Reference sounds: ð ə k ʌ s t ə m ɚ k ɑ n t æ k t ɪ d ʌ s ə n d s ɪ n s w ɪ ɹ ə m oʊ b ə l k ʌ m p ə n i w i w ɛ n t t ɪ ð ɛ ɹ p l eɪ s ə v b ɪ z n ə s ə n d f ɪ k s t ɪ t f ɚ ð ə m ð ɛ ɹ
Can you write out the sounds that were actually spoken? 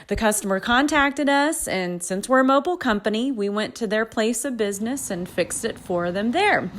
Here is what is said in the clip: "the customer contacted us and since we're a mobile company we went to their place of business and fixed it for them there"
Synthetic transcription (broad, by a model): ð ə k ʌ s t ə m ɚ k ɑ n t æ k t ɪ d ʌ s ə n s ɪ n s w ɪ ɹ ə m oʊ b l k ʌ m p ə n i w i w ɛ n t t ɪ ð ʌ ɹ p l eɪ s ə v b ɪ z n ə s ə n f ɪ k s t ɪ t f ɚ ð ə m ð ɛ ɹ